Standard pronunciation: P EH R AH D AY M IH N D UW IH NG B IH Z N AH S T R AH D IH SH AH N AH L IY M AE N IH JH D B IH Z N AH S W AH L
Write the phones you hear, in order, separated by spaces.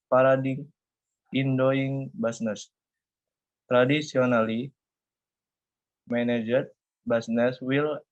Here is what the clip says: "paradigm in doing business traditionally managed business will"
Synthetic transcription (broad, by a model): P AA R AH D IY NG IH N D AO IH NG B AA S N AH S T R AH D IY S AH N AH L IY M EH N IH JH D B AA S N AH S W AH L